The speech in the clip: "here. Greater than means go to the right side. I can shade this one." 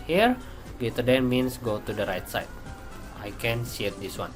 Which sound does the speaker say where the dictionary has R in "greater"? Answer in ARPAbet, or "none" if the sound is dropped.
none